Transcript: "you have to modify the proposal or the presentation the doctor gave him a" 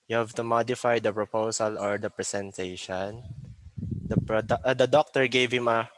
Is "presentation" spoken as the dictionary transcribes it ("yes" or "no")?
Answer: no